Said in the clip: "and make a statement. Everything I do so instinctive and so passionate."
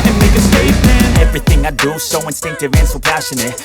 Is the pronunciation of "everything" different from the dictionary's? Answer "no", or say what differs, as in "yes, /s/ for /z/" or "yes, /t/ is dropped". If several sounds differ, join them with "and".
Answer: no